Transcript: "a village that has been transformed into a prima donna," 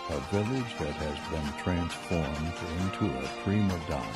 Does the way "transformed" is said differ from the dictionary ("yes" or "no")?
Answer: no